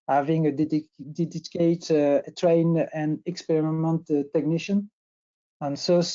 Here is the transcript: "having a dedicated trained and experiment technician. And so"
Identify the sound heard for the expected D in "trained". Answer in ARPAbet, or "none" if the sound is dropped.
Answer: none